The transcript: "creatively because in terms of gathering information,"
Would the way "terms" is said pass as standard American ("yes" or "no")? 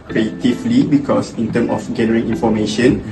no